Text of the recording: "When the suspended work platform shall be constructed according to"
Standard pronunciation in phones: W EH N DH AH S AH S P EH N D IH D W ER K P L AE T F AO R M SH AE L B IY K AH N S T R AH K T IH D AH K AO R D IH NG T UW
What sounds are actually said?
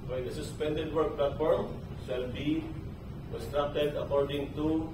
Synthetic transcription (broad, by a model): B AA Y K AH S AH S P EH N D IH D W ER K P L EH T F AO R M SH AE L B IY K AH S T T R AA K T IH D AH K AO R D IH NG T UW